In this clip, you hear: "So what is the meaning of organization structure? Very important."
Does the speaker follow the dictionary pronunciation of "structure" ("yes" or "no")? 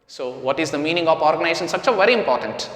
no